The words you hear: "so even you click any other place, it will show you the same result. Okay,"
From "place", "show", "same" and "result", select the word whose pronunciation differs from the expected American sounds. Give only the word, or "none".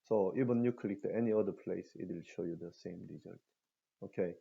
result